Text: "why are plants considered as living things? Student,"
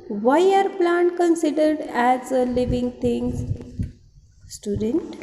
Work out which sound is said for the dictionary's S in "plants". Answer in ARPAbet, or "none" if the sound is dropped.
none